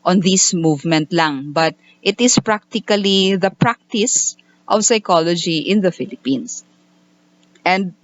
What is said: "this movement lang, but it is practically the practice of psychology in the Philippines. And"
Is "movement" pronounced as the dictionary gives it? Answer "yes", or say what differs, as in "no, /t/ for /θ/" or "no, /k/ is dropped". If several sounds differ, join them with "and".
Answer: yes